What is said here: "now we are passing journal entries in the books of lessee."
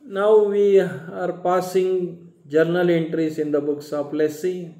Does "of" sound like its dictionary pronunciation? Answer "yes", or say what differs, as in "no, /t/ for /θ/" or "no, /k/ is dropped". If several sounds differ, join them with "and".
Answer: no, /p/ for /v/